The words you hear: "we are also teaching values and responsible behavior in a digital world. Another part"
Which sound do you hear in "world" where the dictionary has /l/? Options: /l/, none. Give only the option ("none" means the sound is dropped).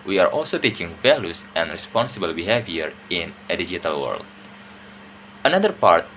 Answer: /l/